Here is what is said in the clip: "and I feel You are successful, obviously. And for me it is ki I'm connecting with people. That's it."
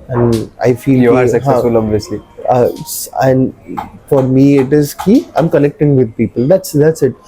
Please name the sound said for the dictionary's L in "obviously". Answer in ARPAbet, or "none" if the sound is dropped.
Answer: none